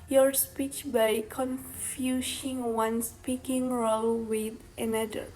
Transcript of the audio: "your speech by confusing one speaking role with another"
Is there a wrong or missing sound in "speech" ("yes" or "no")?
no